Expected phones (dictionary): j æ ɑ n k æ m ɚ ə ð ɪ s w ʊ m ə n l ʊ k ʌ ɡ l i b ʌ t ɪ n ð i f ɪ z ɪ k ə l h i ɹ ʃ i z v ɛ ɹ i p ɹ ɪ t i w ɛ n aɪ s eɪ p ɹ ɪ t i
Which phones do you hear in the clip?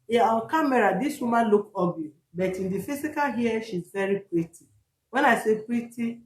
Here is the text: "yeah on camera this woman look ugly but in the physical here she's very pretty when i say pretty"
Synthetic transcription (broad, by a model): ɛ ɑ l k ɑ m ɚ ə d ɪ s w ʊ m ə l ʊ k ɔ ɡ i b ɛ t ɪ n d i f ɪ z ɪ k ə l h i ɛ ʃ i z v ɛ ɹ i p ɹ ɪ t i w ɛ n aɪ s eɪ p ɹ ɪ t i